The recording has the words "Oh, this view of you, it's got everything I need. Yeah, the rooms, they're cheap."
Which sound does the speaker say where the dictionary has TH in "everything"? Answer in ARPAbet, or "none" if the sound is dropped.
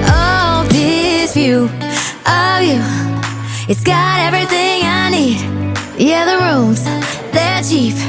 TH